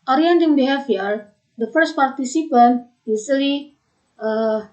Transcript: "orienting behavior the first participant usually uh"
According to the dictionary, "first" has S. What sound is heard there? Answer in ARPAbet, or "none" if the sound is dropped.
S